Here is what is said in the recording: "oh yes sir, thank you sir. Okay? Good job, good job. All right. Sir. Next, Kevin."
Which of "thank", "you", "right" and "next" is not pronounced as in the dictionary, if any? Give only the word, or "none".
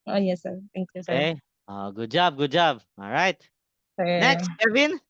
thank